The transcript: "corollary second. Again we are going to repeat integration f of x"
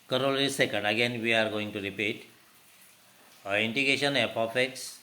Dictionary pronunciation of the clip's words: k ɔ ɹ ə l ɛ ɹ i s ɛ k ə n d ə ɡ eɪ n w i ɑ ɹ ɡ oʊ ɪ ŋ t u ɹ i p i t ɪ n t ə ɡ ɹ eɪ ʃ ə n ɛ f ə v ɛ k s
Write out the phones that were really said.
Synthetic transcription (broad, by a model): k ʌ ɹ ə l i s ɛ k ə n d ə ɡ eɪ n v i ɑ ɹ ɡ oʊ ɪ ŋ t u ɹ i p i t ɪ n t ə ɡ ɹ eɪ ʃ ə n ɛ p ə f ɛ k s